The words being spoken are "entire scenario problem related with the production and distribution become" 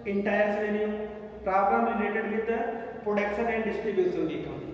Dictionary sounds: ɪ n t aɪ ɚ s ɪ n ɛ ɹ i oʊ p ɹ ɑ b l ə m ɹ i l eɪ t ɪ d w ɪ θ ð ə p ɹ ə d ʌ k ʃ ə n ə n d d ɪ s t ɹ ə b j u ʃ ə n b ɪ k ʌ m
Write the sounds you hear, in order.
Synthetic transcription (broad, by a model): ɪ n t aɪ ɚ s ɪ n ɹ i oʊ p ɹ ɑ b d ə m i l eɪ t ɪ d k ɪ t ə p ɹ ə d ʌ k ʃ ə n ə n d d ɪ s t ɹ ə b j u s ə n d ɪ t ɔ